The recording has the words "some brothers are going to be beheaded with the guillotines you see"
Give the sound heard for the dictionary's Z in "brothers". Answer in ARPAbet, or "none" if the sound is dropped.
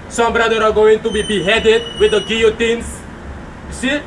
none